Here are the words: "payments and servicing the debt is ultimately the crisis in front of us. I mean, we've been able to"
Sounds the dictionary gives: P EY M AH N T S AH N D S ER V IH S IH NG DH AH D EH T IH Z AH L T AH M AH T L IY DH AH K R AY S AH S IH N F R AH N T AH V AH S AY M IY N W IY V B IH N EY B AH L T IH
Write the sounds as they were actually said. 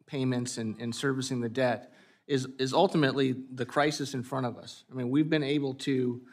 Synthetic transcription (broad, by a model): P EY M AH N T S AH N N S ER V IH S IH NG DH AH D EH T IH Z AH L T AH M AH T L IY DH AH K R AY S AH S IH N F R AH T AH V AH S AY M IY N W IY V B IH N EY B L T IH